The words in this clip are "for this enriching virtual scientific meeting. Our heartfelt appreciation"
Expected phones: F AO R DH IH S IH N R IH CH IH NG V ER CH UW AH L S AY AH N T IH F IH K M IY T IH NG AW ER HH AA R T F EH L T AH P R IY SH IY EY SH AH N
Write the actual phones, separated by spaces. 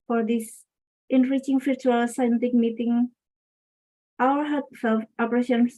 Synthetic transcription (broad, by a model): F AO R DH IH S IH N R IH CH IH NG F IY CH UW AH L S AY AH N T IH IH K M IY T IH NG AW ER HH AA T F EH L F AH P R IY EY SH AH N